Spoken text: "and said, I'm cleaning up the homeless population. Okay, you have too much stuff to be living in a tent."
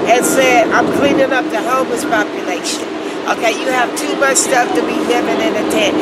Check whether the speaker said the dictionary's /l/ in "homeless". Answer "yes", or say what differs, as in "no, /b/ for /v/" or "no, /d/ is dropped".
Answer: no, /l/ is dropped